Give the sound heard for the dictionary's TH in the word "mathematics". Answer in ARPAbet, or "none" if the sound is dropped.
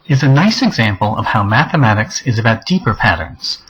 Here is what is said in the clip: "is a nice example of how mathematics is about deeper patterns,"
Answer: TH